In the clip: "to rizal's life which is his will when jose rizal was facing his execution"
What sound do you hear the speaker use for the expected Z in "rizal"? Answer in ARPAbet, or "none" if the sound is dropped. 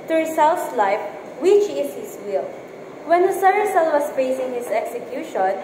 S